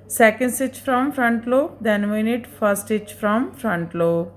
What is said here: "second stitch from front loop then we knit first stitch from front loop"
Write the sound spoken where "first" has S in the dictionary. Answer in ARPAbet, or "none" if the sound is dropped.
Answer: none